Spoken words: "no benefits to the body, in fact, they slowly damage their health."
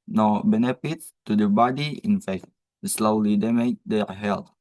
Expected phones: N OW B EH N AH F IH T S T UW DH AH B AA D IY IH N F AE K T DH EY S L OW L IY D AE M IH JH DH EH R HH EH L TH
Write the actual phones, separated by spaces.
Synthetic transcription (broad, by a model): N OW B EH N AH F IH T T UW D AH B AA D IY IH N F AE K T S L OW L IY D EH M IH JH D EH HH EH L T